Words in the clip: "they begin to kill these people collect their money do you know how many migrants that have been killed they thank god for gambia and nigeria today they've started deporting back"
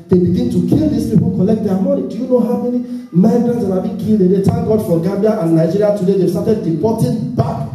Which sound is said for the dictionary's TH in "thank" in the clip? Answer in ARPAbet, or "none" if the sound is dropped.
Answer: T